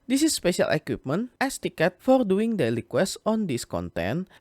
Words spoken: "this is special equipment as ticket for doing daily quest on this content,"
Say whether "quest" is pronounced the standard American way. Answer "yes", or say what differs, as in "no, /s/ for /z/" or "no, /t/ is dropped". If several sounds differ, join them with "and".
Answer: no, /t/ is dropped